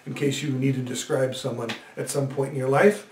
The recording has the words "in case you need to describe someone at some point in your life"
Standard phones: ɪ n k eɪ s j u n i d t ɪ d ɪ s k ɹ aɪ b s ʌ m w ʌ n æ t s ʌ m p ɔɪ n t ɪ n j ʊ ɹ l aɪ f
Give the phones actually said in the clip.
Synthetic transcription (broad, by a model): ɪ n k eɪ s j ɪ n i d t ɪ d ɪ s k ɹ aɪ b s ʌ m w ʌ n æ t s ʌ m p ɔɪ n t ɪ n j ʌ ɹ l aɪ f